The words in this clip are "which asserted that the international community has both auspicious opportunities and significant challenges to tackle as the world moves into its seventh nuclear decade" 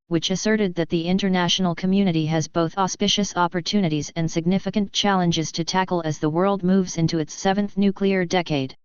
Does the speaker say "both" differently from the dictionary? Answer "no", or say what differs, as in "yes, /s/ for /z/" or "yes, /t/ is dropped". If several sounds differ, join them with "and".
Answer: no